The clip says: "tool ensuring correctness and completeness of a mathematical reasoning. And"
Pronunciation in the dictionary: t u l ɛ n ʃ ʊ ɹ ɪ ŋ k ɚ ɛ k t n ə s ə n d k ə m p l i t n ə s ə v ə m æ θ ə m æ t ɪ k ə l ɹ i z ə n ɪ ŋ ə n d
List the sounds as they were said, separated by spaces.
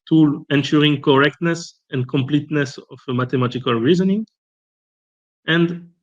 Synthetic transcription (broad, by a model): t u l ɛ n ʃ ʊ ɹ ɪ ŋ k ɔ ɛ k t n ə s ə n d k ə m p l i t n ə s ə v ə m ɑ t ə m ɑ t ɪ k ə l ɹ i z ə n ɪ ŋ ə n d